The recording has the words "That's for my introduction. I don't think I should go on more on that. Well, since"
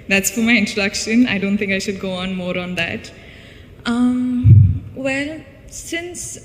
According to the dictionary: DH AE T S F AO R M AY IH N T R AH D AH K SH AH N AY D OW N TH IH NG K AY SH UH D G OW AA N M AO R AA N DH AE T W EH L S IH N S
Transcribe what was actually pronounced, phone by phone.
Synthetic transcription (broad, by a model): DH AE T S F AO R M AY IH N T R AH D AH K SH AH N AY D OW N T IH NG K AY SH UH D G OW AA N M AO R AA N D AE T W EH L S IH N S